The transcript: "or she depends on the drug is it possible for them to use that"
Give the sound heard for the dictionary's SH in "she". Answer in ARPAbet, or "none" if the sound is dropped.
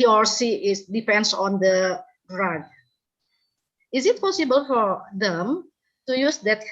S